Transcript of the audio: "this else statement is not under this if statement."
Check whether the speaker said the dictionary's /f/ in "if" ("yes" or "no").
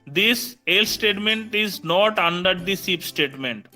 no